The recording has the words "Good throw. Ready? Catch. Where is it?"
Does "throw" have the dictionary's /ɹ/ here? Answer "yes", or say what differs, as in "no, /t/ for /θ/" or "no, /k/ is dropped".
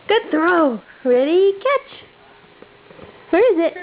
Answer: yes